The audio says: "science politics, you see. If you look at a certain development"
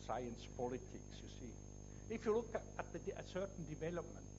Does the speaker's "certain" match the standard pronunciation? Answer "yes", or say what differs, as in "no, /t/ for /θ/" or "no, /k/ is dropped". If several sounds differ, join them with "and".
no, /s/ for /t/